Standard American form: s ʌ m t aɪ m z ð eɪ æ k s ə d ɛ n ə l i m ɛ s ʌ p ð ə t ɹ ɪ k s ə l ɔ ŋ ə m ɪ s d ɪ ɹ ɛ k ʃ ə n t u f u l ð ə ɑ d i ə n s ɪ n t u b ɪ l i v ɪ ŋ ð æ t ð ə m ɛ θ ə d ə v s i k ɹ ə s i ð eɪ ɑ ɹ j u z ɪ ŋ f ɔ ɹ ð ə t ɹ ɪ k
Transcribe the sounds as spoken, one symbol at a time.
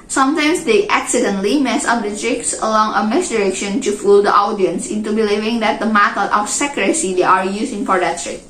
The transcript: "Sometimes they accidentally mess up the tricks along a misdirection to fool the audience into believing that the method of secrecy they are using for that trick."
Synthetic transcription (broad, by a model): s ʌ m t aɪ m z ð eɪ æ k s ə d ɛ n l i m ɛ s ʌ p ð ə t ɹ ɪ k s ə l ɔ ŋ ə m ɪ s d ɪ ɹ ɛ k ʃ ə n t u f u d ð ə ɑ d i ə n s ɪ n t u b ɪ l i v ɪ ŋ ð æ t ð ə m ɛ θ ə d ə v s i k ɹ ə s i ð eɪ ɑ ɹ j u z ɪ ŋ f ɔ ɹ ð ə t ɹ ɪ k